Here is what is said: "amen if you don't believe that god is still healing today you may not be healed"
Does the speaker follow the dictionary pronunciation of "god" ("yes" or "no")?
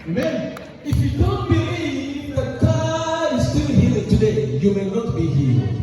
no